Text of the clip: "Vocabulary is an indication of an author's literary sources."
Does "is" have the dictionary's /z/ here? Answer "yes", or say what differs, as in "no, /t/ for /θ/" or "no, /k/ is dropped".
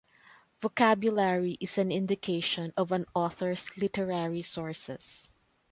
no, /s/ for /z/